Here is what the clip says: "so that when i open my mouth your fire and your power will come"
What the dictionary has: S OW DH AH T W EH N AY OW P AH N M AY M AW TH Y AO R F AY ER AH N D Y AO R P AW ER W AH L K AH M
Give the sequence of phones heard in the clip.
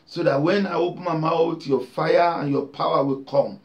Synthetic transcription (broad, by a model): S OW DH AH T W EH N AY OW P AH N M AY M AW T Y AO F AY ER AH N Y AO P AW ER W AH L K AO M